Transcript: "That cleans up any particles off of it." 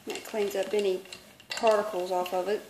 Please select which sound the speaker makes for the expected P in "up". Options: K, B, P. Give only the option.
B